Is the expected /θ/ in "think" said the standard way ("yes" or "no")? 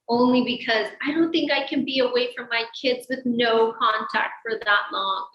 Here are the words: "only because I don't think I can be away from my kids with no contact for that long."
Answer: yes